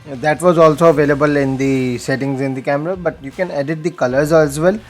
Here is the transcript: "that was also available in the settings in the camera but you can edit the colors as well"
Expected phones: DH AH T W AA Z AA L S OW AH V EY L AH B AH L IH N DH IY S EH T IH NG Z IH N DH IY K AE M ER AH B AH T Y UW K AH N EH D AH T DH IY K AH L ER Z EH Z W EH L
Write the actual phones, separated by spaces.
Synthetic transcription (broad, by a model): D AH T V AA Z AA L S OW AH V EY L AH B AH L IH N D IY S EH T IH NG Z IH N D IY K AE M ER AH B AH T Y UW K AH N EH D AH T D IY K AH L ER Z EH Z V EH L